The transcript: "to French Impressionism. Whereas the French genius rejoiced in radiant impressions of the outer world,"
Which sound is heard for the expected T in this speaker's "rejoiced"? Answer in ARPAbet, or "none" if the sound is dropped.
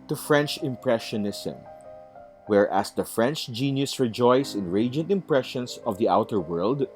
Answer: none